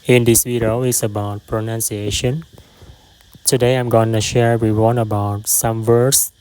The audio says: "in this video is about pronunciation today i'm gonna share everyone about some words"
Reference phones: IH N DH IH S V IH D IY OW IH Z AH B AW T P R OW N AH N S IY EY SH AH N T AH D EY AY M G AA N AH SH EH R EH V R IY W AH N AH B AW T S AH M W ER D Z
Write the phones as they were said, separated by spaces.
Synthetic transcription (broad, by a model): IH N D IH S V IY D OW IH S AH B AW T P R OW N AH N S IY EY SH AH N T AH D EY AY M G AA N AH SH EH R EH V R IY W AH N AH B AW T S AH M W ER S